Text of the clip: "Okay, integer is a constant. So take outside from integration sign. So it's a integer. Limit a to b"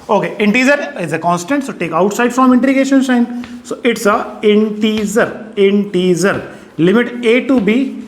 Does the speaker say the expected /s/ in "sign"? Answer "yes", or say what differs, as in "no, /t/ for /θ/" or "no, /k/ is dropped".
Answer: no, /ʃ/ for /s/